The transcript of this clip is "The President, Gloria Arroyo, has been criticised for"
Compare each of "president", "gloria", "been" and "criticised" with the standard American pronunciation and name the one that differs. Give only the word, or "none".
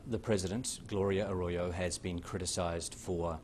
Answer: none